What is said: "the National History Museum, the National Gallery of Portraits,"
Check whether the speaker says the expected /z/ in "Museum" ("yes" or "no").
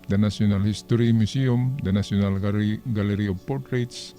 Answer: no